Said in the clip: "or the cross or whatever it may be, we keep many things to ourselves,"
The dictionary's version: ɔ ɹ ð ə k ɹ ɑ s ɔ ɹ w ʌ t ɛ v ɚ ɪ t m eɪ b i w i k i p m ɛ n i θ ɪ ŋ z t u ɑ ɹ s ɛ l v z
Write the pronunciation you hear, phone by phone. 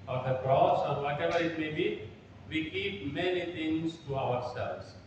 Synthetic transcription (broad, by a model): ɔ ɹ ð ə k ɹ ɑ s ɔ ɹ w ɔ t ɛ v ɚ ɪ t m eɪ b i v i k i p m ɛ n i t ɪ ŋ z t u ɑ ɹ s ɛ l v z